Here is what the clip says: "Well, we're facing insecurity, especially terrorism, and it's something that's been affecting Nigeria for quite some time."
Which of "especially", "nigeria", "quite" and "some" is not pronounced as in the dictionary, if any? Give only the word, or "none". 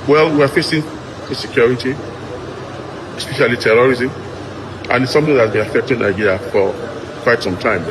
nigeria